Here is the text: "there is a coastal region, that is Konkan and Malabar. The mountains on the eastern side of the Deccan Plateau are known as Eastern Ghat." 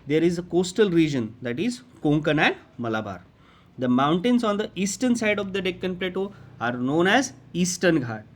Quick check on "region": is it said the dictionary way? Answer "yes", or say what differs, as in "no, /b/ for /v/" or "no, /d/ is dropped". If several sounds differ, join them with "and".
yes